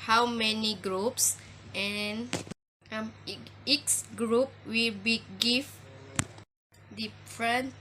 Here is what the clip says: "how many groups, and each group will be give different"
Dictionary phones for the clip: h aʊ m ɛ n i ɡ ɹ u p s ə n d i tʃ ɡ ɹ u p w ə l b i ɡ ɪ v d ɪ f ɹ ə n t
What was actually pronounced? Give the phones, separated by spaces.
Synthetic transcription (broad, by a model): h aʊ m ɛ n i ɡ ɹ u p s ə n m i s ɡ ɹ u p w ə l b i ɡ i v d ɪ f ɹ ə n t